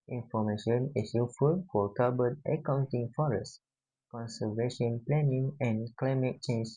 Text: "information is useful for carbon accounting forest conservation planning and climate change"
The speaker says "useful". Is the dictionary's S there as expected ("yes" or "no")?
no